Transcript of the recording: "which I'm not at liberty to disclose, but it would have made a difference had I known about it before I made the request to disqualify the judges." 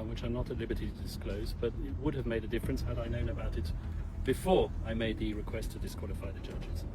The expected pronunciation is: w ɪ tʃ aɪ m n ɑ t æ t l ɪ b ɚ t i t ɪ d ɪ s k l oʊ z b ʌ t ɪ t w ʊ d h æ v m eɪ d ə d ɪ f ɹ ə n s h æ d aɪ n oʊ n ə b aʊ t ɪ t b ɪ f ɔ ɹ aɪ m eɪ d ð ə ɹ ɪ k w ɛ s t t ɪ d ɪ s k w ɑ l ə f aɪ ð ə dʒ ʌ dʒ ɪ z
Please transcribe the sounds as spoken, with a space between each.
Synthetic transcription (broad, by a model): w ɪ tʃ aɪ m n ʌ t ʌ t l ɪ b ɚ t i t ɪ d ɪ s k l oʊ z b ʌ t ɪ t w ʊ d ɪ v m eɪ d ə d ɪ f ɹ ə n s h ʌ d aɪ n oʊ n ə b aʊ t ɪ t b ɪ f ɔ ɹ aɪ m eɪ d ð ə ɹ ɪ k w ɛ s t t ɪ d ɪ s k w ɑ l ə f aɪ ð ə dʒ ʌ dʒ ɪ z